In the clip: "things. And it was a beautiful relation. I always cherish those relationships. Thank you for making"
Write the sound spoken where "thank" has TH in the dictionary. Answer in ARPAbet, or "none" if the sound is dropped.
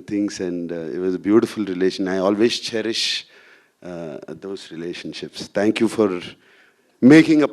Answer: T